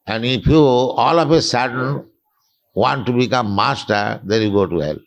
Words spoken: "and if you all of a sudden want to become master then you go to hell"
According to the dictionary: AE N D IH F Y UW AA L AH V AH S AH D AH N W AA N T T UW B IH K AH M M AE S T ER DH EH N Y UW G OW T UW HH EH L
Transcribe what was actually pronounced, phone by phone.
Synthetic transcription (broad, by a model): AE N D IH P Y UW AA L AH P AH S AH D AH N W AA N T T UW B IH K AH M M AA S T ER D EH N Y UW G OW T UW HH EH L